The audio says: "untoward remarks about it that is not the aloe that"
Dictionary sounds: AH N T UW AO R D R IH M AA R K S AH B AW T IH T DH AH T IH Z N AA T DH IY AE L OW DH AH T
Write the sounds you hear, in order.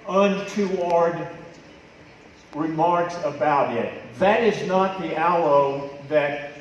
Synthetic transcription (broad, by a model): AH N T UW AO R D R IH M AA R K S AH B AW T IH T DH AH T IH Z N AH T DH IY AE L OW DH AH T